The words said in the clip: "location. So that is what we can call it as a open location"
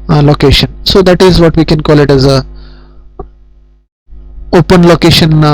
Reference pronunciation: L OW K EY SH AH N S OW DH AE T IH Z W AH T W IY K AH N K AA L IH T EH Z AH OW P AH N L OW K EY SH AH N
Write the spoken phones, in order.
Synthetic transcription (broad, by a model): L OW K EY SH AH N S OW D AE T IH Z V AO T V IY K AH N K AA L IH T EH Z AH OW P AH N L OW K EY SH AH N